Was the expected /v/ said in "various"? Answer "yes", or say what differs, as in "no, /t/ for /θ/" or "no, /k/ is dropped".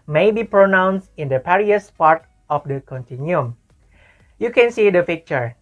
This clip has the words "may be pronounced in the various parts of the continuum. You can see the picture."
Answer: no, /p/ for /v/